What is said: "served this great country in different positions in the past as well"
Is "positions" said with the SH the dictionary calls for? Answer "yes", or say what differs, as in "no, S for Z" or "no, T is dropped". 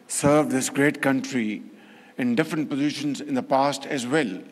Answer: yes